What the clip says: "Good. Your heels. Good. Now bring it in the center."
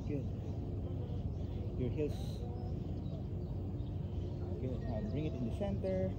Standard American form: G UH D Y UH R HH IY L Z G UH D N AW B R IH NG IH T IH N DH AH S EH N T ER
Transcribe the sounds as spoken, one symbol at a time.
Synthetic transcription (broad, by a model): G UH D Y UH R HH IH Z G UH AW B R IH NG IH T IH N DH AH S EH N T ER